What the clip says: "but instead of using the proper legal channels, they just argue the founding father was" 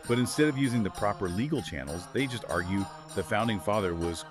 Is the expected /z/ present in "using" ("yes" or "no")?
yes